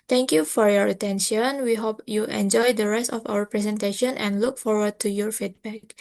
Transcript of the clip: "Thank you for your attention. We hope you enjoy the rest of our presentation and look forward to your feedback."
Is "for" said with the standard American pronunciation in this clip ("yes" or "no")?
yes